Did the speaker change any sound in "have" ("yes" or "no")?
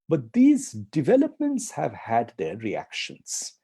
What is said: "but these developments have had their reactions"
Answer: no